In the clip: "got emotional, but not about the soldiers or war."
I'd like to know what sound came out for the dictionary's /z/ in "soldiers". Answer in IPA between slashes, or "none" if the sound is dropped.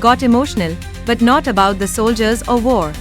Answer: /z/